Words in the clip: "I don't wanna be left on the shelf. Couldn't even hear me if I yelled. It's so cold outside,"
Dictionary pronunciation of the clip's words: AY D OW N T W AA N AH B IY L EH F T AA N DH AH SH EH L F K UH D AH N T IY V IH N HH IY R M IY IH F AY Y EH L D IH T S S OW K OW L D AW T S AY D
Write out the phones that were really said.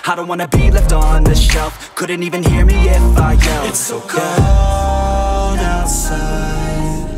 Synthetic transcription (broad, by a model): AY D OW N T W AA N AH B IY L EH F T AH N DH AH SH EH L F K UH D N T IY V IH N HH IY R M IY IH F AY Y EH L IH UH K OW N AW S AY